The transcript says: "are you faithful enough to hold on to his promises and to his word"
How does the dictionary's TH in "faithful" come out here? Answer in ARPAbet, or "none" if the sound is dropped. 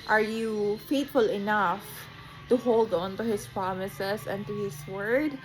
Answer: T